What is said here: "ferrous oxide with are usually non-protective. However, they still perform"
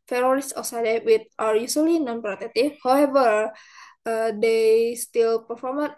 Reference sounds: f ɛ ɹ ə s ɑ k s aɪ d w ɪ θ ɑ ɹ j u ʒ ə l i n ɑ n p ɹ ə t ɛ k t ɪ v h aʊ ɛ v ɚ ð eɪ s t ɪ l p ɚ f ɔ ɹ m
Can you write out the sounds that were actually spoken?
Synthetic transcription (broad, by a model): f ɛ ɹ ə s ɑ s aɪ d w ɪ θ ɑ ɹ j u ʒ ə l i n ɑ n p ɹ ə t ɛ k t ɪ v h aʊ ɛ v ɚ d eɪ s t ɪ l p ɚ f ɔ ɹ m